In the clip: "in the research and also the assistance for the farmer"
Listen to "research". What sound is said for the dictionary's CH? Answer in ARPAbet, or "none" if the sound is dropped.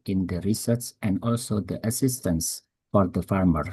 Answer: S